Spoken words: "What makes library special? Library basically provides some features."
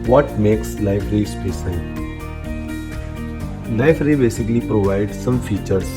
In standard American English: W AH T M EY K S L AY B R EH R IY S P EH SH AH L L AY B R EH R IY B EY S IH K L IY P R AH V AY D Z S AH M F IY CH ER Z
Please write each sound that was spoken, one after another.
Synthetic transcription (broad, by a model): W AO T M EY K S L AY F R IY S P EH S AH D L AY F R R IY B EY S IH K L IY P R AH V AY D S AH M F IY CH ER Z